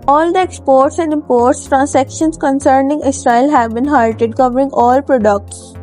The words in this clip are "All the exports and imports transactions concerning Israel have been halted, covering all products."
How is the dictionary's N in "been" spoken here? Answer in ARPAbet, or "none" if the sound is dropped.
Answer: N